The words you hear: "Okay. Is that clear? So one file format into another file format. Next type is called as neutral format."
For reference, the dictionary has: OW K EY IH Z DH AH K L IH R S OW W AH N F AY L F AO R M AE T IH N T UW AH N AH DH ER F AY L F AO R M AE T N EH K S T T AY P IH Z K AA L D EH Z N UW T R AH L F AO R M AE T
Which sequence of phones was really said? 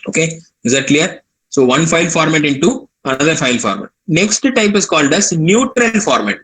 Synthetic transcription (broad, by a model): OW K EY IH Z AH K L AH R S OW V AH N F AY L F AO R M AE T IH N T UW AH N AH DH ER F AY L F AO R M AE T N EH K S T T AY P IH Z K AA L D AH S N UW T R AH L F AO R M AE T